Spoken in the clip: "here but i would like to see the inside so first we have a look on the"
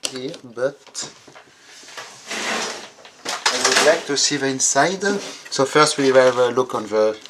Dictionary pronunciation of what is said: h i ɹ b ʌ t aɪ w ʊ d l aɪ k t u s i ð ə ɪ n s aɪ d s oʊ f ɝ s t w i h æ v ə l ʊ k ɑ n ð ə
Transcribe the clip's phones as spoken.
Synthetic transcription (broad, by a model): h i b ʌ t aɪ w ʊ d l aɪ k t u s i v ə ɪ n s aɪ d s oʊ f ɝ s t w i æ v ə l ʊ k ɑ n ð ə